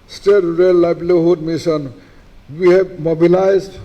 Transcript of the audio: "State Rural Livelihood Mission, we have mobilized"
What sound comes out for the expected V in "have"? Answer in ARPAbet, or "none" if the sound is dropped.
B